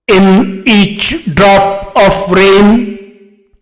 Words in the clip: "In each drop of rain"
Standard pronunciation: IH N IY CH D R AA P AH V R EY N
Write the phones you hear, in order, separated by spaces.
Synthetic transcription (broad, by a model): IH N IY CH D R AA P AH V R EY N